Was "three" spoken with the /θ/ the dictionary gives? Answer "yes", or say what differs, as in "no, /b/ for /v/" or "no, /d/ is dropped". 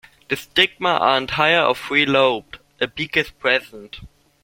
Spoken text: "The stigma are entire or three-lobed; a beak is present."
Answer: no, /f/ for /θ/